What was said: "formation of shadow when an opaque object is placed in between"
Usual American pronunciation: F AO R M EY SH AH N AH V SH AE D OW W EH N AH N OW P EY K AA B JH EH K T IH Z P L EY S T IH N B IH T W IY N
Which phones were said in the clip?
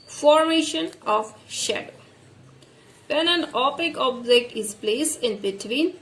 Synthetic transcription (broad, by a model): F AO R M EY SH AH N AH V SH AE D OW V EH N AH N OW P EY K AA B JH EH K T IH Z P L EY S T IH N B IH T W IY N